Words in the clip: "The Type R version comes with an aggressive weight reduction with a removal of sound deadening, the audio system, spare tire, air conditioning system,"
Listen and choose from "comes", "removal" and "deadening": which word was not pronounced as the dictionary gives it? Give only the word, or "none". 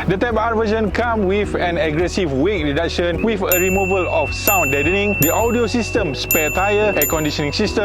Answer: comes